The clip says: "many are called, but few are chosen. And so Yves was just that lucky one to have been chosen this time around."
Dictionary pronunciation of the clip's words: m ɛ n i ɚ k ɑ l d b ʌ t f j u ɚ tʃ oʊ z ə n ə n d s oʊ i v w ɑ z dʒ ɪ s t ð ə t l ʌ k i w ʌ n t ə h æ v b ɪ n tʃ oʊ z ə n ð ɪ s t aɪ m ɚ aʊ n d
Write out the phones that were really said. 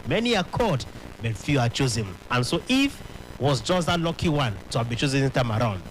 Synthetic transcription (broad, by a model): m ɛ n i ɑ k ɑ d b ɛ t f j u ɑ tʃ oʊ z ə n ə n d s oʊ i f w ɑ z dʒ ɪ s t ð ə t l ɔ k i w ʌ n t ə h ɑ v b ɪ tʃ oʊ z ə n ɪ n t aɪ m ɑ aʊ n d